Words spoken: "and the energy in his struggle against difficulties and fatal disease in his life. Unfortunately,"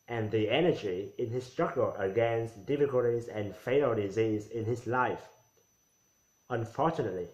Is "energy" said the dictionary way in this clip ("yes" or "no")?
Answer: yes